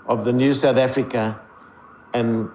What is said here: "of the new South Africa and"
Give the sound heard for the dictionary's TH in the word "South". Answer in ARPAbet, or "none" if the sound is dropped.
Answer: TH